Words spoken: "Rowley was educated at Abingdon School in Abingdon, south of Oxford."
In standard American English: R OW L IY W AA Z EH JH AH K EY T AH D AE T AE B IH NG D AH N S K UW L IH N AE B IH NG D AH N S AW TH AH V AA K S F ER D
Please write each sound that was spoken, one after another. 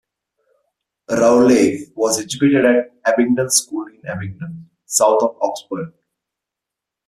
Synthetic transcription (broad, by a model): R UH L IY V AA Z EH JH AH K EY T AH D AE T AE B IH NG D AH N S K UW L IH N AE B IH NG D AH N S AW T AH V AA K S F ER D